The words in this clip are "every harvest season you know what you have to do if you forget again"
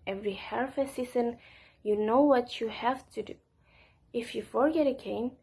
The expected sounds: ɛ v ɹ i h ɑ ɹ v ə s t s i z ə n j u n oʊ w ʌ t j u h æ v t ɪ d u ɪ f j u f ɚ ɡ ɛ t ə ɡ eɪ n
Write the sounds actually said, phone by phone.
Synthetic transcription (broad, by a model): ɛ v ɹ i h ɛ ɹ f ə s s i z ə n j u n oʊ w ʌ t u h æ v t ɪ d u ɪ f j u f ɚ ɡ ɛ t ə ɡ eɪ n